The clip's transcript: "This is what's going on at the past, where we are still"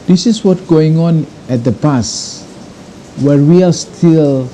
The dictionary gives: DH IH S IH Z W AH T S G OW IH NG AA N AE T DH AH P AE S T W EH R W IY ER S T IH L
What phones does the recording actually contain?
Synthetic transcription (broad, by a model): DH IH S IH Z W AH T G OW IH NG AA N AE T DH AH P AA S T W EH R W IY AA S T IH L